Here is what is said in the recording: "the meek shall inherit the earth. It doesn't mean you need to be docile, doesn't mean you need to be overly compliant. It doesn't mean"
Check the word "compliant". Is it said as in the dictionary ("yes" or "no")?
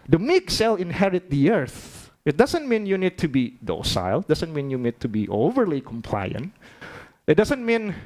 yes